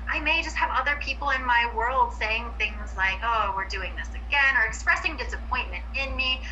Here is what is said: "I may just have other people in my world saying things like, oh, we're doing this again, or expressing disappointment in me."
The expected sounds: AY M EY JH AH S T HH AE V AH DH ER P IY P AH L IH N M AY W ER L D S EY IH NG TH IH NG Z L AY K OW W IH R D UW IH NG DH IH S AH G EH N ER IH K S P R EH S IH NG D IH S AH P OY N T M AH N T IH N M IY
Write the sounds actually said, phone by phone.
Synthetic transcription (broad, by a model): AY M EY JH AH S T HH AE V AH DH ER P IY P L IH N M AY W ER L D S EY IH NG TH IH NG Z L AY K OW W IH R D UW IH NG DH IH S AH G EH N ER IH K S P R EH S IH NG D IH S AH P OY N M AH N T IH N M IY